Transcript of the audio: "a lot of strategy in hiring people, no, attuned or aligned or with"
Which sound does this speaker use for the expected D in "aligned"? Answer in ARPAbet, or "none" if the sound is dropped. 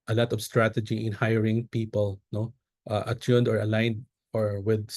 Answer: D